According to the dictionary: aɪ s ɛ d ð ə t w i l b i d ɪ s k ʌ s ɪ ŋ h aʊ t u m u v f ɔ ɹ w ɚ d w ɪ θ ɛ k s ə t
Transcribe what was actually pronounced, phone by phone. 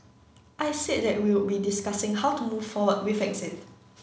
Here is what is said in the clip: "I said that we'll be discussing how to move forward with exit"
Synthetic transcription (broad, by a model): aɪ s ɛ d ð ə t w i w b i d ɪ s k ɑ s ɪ ŋ h aʊ t u m u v f ɔ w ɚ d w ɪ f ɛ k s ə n